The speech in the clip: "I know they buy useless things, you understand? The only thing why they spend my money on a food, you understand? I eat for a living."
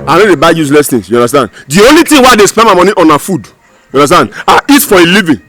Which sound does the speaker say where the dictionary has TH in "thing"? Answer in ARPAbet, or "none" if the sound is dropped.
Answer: T